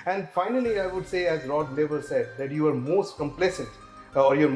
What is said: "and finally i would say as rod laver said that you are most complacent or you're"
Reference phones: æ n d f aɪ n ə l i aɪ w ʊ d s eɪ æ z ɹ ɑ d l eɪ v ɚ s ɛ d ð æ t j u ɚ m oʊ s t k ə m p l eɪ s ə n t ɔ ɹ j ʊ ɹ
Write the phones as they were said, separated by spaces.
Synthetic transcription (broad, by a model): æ n d f aɪ n ə l i aɪ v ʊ d s eɪ æ z ɹ ɑ d n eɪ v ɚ s ɛ d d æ t j u ɚ m oʊ s t k ə m p l eɪ s ə n t ɔ ɹ j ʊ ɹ